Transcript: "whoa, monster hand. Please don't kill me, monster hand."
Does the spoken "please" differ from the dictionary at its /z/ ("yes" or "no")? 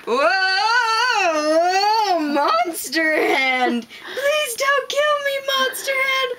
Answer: no